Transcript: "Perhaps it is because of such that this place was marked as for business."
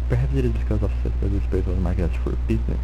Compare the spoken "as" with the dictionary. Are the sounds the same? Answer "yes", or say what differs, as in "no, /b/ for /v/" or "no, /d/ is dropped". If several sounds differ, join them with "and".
no, /s/ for /z/